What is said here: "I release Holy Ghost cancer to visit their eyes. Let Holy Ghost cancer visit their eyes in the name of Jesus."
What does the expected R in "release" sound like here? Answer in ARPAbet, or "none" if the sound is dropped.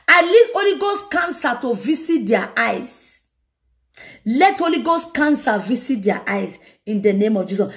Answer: L